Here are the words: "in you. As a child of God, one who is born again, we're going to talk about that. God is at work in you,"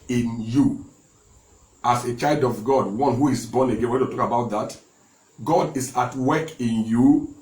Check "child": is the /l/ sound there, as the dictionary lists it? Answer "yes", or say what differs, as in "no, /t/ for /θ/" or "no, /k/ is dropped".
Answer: yes